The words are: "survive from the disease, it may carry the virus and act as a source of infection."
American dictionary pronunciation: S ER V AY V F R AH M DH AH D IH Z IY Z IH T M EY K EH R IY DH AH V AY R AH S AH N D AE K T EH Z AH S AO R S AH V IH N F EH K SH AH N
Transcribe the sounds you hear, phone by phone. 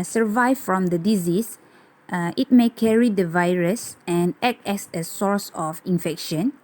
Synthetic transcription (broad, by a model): S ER V AY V F R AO M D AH D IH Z IY S IH T M EY K EH R IY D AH V AY R AH S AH N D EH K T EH S AH S AO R S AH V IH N F EH K SH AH N